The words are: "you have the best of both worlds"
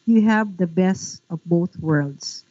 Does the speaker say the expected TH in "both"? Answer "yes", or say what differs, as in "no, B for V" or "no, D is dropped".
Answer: yes